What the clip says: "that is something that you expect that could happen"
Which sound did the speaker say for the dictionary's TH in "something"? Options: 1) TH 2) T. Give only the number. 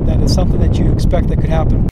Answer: 1